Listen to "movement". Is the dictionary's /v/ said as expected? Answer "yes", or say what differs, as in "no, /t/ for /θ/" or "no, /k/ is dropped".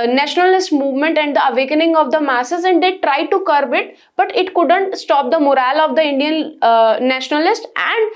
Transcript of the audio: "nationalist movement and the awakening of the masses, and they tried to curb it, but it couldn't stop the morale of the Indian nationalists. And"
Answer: yes